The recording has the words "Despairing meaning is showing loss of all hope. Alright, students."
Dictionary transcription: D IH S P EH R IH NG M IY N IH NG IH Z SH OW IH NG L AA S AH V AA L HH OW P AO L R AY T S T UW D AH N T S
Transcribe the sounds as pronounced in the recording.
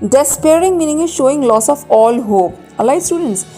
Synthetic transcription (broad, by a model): D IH S P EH R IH NG M IY N IH NG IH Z SH OW IH NG L AA S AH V AA L HH OW P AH L AY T S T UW D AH N T S